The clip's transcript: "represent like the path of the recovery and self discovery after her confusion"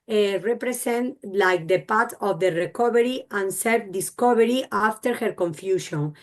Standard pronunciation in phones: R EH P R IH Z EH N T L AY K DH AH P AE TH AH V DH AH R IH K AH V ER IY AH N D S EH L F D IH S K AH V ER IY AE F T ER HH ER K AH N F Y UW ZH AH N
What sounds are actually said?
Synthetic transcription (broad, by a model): R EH P R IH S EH N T L AY K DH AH P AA T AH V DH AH R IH K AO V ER IY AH N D S EH L F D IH S K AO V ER IY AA F T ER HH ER K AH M F Y UW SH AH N